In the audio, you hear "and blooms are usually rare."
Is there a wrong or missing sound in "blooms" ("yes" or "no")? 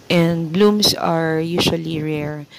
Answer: yes